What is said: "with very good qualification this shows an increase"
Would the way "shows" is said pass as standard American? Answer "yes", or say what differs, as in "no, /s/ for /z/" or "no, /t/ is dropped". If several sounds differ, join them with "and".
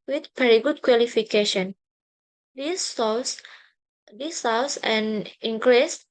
no, /s/ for /ʃ/ and /s/ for /z/